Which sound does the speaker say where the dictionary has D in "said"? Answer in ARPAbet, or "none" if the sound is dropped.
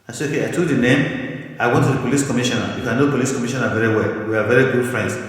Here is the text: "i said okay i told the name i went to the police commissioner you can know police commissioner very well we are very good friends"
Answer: none